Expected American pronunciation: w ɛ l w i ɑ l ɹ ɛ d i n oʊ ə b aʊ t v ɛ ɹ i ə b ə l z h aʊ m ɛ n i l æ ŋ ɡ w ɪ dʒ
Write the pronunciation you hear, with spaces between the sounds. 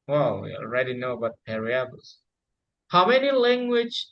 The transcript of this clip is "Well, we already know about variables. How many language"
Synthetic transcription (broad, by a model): w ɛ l w i ɑ l ɹ ɛ d i n oʊ ə b aʊ t p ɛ ɹ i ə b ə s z h aʊ m ɛ n i l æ ŋ ɡ w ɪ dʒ